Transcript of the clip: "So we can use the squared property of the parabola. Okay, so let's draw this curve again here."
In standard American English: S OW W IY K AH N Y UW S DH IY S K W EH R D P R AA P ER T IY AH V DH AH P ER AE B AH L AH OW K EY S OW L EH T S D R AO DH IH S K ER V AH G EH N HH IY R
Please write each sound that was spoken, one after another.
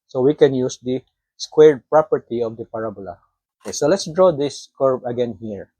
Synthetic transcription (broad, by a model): S OW W IY K AH N Y UW S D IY S K W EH R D P R AA P ER T IY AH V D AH P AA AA B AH L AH OW K EY S OW L EH T S D R AO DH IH S K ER B AH G EH N HH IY R